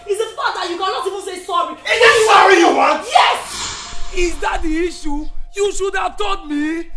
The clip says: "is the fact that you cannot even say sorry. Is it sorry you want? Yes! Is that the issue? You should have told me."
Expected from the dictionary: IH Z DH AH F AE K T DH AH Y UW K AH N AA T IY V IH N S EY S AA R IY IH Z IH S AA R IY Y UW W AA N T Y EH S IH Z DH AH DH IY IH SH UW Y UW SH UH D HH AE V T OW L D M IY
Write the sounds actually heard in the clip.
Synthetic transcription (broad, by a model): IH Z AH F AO T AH Y UW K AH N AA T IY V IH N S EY S AA R IY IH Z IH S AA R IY Y UW W AA N T Y EH S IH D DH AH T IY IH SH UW Y UW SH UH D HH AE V T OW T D M IY